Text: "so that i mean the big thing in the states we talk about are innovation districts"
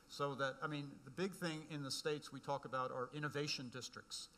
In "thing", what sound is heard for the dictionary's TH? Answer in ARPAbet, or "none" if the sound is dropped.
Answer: TH